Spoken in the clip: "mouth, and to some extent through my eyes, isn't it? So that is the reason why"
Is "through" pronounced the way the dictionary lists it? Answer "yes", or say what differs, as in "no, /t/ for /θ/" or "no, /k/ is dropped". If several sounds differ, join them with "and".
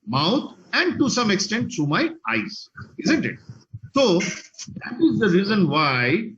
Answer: no, /t/ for /θ/